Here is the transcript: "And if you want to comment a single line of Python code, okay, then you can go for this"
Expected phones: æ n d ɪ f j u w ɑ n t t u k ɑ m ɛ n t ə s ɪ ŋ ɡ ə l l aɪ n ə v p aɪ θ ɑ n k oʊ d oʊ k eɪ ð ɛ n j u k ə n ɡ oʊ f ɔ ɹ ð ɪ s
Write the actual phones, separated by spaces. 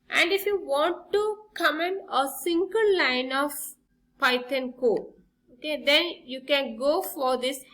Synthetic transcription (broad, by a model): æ n d ɪ f j u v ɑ n t t u k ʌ m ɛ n ə s ɪ ŋ ɡ ə l l aɪ n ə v p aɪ t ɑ n k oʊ oʊ k eɪ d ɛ n j u k ə n ɡ oʊ f ɔ ɹ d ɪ s